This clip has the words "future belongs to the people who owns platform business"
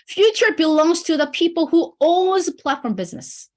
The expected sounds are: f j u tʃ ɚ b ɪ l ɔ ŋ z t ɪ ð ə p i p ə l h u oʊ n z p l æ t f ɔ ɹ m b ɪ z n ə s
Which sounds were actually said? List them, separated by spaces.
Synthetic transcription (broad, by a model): f j u tʃ ɚ b ɪ l ɔ ŋ z t ɪ ð ə p i p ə l h u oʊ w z p l æ t f ɔ ɹ m b ɪ z n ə s